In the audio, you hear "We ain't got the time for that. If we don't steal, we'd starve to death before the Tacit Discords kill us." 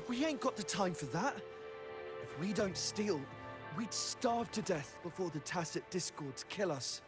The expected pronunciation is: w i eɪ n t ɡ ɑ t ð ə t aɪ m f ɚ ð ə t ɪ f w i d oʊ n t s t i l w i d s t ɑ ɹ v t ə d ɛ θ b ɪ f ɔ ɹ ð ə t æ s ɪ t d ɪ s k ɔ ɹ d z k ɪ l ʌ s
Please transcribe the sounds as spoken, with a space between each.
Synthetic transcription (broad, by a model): w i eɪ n ɡ ɑ t ð ə t aɪ m f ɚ ð ə t ɪ f w i d oʊ n t s t i l w i d s t ɑ ɹ v t ə d ɛ θ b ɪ f ɔ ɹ ð ə t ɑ s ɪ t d ɪ s k ɔ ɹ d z k ɪ l ʌ s